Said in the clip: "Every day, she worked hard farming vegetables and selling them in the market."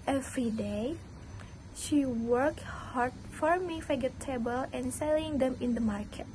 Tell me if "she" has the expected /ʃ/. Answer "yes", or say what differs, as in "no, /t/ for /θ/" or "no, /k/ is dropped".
yes